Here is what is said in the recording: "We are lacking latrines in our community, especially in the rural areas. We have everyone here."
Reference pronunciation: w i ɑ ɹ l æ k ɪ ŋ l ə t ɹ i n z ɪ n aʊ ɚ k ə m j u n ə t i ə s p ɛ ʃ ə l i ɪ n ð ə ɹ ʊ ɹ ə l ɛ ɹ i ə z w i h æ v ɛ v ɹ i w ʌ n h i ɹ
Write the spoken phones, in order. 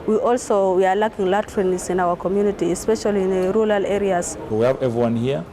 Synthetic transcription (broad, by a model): w i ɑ w l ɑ k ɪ ŋ l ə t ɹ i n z ɪ n aʊ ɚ k ə m j u n ə t i ə s p ɛ ʃ ə l i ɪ n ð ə ɹ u ɹ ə l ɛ ɹ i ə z w i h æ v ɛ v ɹ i w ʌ n h i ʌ